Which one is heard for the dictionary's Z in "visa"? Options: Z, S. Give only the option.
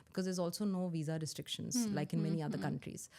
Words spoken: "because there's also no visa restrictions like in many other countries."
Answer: Z